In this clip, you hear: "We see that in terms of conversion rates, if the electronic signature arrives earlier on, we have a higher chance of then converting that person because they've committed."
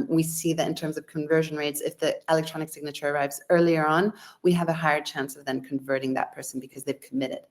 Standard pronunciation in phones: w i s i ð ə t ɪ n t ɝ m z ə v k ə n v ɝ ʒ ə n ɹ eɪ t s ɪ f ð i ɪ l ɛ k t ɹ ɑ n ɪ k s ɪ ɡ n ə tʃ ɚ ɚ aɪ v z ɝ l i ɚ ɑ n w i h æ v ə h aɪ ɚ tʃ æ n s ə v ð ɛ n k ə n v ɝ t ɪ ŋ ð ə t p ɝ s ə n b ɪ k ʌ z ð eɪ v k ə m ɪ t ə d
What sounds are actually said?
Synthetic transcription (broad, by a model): w i s i ð ə t ɪ n t ɝ m z ə v k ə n v ɝ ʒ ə n ɹ eɪ t s ɪ f ð i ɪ l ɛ k t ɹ ɑ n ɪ k s ɪ ɡ n ə tʃ ɚ ɚ aɪ v z ɝ l i ɚ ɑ n w i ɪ v ə h aɪ ɚ tʃ æ n s ə v ð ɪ n k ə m v ɝ t ɪ ŋ ð ə t p ɝ s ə n b ɪ k ʌ z ð eɪ v k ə m ɪ t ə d